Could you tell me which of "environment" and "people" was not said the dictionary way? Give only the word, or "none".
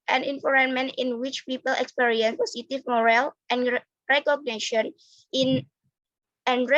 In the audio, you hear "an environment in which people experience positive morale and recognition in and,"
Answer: environment